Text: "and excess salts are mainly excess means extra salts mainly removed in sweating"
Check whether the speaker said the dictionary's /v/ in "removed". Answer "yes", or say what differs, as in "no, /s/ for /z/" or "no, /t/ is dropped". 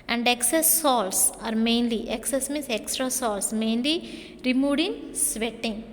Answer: no, /v/ is dropped